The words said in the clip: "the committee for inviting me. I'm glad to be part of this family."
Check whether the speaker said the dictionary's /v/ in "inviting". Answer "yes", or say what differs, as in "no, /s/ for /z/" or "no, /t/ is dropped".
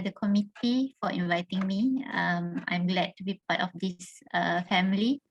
yes